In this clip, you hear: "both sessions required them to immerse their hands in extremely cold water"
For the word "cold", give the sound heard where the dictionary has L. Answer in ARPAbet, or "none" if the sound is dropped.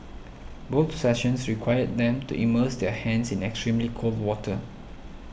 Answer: L